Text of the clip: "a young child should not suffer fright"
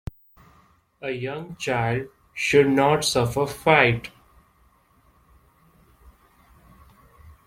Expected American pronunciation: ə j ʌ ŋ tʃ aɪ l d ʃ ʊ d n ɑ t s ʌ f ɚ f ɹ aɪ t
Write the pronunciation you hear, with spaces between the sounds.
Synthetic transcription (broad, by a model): ə j ʌ ŋ tʃ aɪ l d ʃ ʊ d n ɑ t s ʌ f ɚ f aɪ t